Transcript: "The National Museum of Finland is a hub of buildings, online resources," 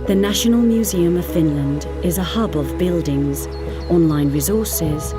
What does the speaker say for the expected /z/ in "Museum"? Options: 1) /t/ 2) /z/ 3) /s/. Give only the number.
2